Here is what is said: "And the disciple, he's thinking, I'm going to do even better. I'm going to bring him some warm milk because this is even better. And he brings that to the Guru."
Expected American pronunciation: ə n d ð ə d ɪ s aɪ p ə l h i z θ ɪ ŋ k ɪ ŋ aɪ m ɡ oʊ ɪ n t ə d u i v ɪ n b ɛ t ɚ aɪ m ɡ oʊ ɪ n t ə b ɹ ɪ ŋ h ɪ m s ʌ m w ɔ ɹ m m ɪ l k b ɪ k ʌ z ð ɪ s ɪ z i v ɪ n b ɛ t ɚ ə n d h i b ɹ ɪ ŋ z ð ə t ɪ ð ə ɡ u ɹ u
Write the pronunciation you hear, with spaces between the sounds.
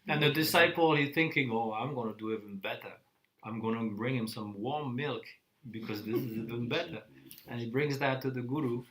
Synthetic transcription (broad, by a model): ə n ð ə d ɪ s aɪ p l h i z θ ɪ ŋ k ɪ ŋ aɪ m ɡ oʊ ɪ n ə d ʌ i v ɪ n b ɛ t ɚ aɪ m ɡ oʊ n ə b ɹ ɪ ŋ h ɪ m s ʌ m w ɔ ɹ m m ɪ l k b ɪ k ʌ z ð ɪ s ɪ z i v ɪ n b ɛ t ɚ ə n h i b ɹ ɪ ŋ z ð ə t ɪ ð ə ɡ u ɹ u